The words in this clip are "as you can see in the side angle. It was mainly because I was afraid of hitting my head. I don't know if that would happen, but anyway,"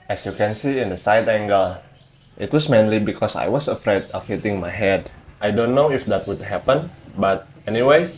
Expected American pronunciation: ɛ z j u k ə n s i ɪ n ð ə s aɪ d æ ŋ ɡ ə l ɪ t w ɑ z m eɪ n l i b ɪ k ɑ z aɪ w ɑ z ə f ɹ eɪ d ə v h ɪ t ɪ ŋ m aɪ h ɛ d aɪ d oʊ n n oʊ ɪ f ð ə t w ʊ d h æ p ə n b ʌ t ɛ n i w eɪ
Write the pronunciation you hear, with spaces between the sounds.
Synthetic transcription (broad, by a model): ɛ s j u k ə n s i ɪ n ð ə s aɪ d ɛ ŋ ɡ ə l ɪ t w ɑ s m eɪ n l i b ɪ k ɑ s aɪ w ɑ s ə f ɹ eɪ d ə f h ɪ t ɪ ŋ m aɪ h ɛ d aɪ d oʊ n n oʊ ɪ f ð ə t w ʊ d h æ p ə n b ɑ t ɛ n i w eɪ